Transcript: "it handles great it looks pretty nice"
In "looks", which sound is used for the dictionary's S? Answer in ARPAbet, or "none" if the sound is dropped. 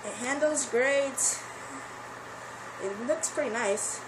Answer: S